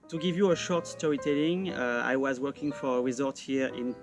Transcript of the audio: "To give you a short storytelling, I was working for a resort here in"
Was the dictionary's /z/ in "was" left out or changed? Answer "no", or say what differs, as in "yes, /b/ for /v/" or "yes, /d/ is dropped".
no